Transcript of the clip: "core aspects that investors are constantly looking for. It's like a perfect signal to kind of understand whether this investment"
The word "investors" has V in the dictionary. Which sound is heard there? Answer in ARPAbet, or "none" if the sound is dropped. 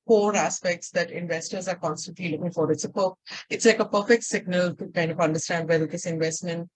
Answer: V